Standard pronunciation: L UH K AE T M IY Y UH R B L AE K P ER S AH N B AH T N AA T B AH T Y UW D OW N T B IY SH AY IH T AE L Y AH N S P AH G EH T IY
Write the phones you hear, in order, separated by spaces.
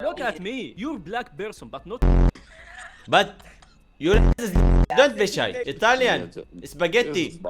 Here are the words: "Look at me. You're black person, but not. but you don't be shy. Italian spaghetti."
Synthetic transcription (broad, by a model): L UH K AE T M IY Y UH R B L AE K B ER S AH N B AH T N AA T B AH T Y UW D OW N T B IY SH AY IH T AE L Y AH N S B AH G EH T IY